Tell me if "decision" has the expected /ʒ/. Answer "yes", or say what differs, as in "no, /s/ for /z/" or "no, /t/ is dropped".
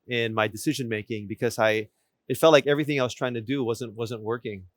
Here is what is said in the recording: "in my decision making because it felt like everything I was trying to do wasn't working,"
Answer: yes